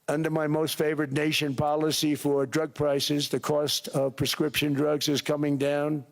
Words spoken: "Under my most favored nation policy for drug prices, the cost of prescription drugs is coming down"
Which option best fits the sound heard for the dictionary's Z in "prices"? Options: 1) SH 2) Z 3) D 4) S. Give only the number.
2